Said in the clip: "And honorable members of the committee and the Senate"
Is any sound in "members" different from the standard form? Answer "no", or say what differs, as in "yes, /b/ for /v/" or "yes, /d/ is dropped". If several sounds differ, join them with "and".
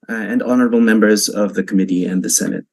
no